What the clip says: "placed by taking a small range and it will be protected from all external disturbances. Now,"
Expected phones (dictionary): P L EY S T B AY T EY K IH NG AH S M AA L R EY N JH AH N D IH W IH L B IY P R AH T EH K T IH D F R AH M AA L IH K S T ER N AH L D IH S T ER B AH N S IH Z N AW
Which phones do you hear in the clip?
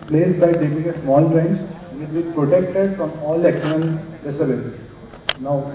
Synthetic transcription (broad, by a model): P L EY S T B AY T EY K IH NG AH S M AA L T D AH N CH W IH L B IY P R AH T EH K T IH D F R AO M AA L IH K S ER L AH N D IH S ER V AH S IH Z N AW